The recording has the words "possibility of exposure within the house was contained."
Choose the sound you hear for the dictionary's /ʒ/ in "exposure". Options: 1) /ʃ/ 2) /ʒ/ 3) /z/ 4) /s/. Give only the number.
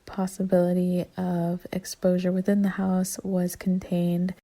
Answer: 2